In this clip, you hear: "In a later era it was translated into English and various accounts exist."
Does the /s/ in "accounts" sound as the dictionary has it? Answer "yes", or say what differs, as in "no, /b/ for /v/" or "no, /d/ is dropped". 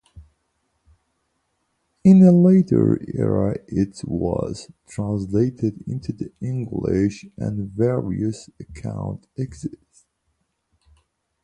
no, /s/ is dropped